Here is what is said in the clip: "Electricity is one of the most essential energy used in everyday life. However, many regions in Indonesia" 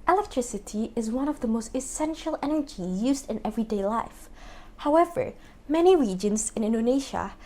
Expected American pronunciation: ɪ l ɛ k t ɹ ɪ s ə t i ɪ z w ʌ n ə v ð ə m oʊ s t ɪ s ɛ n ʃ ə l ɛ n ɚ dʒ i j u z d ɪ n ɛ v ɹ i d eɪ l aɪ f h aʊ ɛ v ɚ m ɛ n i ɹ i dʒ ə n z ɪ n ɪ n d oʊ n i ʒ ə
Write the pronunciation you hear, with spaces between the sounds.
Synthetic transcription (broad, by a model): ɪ l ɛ k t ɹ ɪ s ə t i ɪ z w ʌ n ə v ð ə m oʊ s t ɪ s ɛ n ʃ ə l ɛ n ɚ dʒ i j u z d ɪ n ɛ v ɹ i d eɪ l aɪ f h aʊ ɛ v ɚ m ɛ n i ɹ i dʒ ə n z ɪ n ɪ n d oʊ n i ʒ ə